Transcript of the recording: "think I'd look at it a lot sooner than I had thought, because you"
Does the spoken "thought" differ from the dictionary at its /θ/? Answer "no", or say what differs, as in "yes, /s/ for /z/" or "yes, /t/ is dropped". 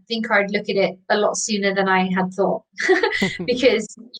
no